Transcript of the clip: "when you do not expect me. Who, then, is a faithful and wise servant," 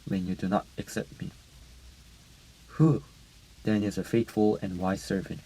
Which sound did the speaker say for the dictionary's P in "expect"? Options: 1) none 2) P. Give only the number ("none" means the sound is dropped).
1